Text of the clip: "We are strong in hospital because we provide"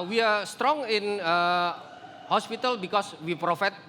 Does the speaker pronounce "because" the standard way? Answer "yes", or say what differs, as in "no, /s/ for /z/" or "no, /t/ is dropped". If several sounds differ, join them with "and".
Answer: no, /s/ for /z/